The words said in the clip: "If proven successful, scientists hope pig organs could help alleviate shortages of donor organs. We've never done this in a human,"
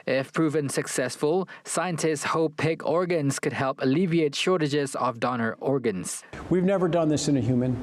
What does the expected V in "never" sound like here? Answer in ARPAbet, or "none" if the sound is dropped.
V